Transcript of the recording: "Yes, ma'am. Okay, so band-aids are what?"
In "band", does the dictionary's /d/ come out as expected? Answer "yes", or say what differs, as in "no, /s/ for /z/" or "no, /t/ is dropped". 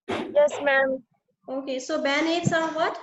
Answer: no, /d/ is dropped